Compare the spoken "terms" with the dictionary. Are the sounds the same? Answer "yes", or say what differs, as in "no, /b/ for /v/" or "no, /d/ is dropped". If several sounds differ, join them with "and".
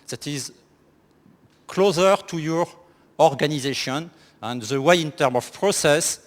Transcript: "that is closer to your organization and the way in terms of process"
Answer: no, /z/ is dropped